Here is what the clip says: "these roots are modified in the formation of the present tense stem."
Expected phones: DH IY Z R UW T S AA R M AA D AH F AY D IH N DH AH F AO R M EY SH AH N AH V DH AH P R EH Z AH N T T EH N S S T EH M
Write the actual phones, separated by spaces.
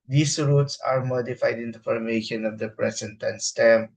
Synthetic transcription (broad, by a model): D IY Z R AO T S AA R M AA D AH F AY D IH N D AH F AO R M EY SH AH N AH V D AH P R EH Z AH N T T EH N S S T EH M